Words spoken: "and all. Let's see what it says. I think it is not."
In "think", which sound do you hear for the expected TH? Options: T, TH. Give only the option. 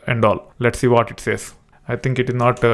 T